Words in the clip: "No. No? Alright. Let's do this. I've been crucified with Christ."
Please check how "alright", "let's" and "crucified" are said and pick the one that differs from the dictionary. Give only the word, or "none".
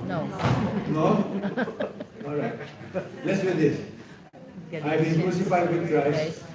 crucified